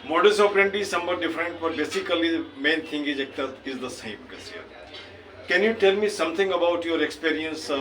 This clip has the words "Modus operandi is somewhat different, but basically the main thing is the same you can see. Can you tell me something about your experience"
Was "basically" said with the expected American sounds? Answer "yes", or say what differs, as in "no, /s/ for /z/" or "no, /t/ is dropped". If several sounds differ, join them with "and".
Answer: no, /l/ is dropped